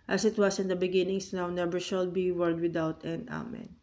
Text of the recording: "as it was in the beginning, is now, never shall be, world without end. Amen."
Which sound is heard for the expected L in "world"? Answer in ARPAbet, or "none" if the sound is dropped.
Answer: none